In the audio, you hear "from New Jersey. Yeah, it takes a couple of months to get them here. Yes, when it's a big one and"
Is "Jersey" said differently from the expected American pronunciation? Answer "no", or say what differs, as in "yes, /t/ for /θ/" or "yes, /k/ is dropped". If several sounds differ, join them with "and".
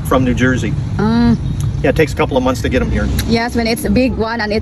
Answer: no